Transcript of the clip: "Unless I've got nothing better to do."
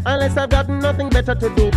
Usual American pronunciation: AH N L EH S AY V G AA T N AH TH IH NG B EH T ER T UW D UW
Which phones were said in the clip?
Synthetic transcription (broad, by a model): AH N L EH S AY V G AA T N AH TH IH NG B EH T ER T UW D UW